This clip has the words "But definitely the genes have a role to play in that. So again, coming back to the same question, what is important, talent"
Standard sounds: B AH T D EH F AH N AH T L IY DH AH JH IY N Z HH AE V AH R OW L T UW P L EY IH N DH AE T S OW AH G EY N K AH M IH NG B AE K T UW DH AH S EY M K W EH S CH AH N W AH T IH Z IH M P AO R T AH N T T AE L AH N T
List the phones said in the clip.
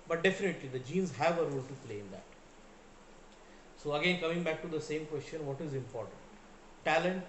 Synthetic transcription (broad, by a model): B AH T D EH F AH N AH T L IY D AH JH IY N Z HH AE V AH R OW L T UW P L EY IH N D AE T S OW AH G EY N K AH M IH NG B AE K T UW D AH S EY M K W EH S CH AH N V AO T IH Z IH M P AO R T AH N T T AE L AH N T